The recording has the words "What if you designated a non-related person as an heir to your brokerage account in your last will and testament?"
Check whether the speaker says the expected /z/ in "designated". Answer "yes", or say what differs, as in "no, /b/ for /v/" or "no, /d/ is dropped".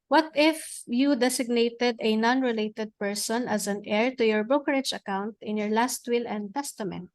no, /s/ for /z/